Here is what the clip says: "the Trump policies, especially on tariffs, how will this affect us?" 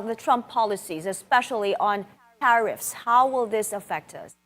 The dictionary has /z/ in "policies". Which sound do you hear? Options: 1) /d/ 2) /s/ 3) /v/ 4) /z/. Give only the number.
4